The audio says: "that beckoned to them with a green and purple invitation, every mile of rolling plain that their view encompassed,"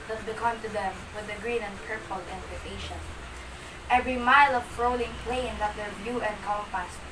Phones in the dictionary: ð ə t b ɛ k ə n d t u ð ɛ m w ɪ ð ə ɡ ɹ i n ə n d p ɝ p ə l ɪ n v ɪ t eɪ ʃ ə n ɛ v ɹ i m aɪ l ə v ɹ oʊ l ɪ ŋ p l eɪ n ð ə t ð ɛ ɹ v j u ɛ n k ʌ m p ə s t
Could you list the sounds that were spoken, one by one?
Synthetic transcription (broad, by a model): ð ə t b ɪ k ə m t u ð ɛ m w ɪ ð ə ɡ ɹ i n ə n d p ɝ p ə l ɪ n p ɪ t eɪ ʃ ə n ɛ v ɹ i m aɪ l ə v ɹ oʊ l ɪ ŋ p l eɪ n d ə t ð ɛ ɹ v j u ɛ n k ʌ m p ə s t